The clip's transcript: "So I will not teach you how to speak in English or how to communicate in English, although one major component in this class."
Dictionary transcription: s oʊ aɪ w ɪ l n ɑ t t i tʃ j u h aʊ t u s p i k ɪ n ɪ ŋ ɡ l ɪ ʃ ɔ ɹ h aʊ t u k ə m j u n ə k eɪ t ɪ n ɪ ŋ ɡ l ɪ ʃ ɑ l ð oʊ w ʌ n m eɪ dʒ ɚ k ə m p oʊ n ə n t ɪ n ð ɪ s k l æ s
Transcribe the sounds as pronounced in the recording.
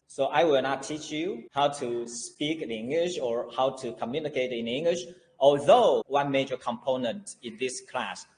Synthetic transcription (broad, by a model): s oʊ aɪ w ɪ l n ɑ t t i tʃ j u h aʊ t u s p i k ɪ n ɪ ŋ ɡ l ɪ ʃ ɔ ɹ h aʊ t u k ə m j u n ə k eɪ t ɪ n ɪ ŋ ɡ l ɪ ʃ ɑ l ð oʊ w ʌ n m eɪ dʒ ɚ k ə m p oʊ n ə n t ɪ n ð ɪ s k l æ s